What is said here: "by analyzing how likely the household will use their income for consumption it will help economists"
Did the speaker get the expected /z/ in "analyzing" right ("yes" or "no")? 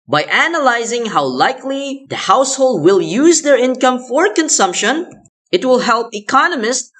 yes